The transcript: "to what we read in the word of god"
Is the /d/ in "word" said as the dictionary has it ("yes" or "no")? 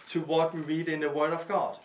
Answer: yes